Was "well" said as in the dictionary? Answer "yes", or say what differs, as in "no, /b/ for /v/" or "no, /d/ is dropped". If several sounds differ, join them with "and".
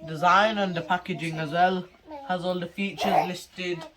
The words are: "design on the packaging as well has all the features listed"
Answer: yes